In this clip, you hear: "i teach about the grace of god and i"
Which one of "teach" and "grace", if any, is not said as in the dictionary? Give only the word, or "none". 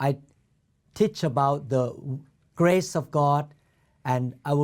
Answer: none